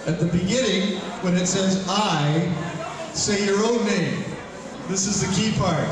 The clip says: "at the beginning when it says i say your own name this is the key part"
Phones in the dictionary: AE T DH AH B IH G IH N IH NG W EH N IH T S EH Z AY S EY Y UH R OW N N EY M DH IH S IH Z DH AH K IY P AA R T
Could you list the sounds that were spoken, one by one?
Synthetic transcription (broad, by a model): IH T DH AH B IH G IH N IH NG W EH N IH T S EH Z AY S EY Y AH R OW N N EY M DH IH S IH Z DH AH K IY P AA R T